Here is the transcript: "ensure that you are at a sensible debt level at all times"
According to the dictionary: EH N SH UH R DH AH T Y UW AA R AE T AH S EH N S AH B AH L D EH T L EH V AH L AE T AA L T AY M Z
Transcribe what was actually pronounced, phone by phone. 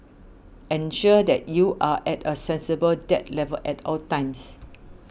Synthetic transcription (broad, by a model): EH N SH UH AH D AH T Y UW AA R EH T AH S EH N S AH B AH L D EH T L EH V AH L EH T AA L T AY M S